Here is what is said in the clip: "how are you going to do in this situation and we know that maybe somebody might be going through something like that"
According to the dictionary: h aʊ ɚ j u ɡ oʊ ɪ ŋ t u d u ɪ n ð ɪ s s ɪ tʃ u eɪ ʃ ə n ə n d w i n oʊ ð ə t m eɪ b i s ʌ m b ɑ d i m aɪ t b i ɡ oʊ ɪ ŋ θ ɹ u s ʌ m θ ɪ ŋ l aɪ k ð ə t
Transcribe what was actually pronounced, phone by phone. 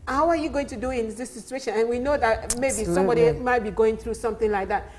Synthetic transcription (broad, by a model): h aʊ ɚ j u ɡ oʊ ɪ ŋ t u d u ɪ n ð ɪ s s ɪ tʃ u eɪ ʃ ə n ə n w i n oʊ ð ə t m eɪ b i s ʌ m b ɑ d i m aɪ t b i ɡ oʊ ɪ ŋ θ ɹ u s ʌ m θ ɪ ŋ l aɪ k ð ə t